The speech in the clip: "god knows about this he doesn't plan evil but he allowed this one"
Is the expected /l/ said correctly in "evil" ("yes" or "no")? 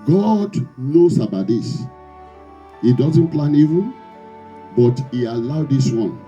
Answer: no